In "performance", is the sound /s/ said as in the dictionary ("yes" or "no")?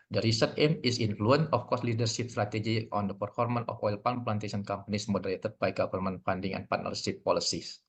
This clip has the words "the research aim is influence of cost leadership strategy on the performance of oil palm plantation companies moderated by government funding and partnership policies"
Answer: no